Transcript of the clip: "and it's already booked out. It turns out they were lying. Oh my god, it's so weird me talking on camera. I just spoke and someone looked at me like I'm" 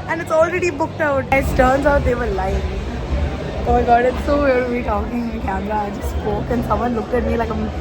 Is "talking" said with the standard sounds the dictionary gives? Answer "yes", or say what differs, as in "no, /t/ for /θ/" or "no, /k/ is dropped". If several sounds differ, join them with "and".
no, /k/ is dropped